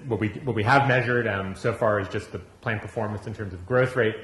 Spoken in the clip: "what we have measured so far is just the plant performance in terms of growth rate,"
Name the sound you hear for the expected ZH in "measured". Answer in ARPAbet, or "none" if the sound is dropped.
ZH